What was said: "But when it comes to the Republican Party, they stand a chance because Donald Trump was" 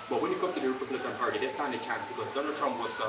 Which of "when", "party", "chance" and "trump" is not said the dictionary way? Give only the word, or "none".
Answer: none